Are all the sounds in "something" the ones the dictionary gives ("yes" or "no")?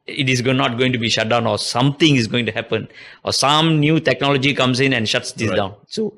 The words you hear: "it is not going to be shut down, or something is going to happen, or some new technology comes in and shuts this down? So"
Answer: no